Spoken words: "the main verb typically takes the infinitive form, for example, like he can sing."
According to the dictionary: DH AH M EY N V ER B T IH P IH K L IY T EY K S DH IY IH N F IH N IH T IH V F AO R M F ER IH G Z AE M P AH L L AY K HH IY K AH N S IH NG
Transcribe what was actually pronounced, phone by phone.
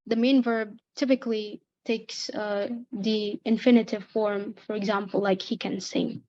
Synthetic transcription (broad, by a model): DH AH M EY N V ER B T IH P IH K L IY T EY K S DH IY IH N F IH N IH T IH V F AO R M F ER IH G Z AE M P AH L L AY K HH IY K AH N S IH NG